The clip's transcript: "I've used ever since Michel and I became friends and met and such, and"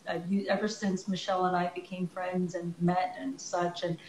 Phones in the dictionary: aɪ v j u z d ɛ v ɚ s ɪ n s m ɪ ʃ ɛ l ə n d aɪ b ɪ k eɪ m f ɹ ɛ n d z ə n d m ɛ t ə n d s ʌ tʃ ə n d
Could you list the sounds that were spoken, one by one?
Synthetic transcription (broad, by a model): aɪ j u ɛ v ɚ s ɪ n s m ɪ ʃ ɛ l ə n aɪ b ɪ k eɪ m f ɹ ɛ n d z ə n m ɛ t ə n s ʌ tʃ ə n